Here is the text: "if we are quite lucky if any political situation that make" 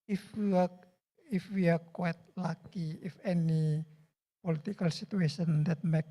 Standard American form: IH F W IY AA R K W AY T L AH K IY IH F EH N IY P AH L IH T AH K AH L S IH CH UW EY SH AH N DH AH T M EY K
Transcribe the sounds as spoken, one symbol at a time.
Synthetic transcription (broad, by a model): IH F W IY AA W K W AY T L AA K IY IH F EH N IY P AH L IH T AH K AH L S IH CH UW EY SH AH N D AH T M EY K